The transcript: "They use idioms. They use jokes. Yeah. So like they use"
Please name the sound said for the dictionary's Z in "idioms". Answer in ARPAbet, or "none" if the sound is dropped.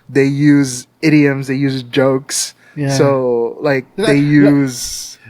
Z